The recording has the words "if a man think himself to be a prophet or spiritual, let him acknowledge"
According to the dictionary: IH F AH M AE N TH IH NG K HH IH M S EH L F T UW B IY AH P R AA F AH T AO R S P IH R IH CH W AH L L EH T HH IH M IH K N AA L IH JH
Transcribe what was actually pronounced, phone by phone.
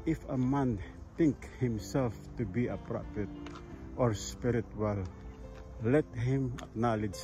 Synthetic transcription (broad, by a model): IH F AH M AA N T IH NG K HH IH M S EH L F T UW B IY AH P R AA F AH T AO R S P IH R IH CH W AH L L EH T HH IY M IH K N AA L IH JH